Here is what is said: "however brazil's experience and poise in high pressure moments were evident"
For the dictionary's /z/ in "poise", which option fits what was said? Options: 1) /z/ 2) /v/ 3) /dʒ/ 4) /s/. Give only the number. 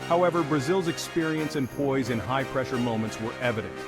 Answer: 1